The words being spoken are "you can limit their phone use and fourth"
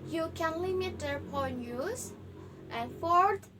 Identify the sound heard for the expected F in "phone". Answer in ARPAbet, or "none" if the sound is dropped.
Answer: P